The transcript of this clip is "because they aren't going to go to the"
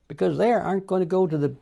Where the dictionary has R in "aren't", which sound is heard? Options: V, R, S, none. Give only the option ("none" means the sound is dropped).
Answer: none